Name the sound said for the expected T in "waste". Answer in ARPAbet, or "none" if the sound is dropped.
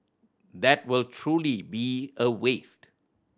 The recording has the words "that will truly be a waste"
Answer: T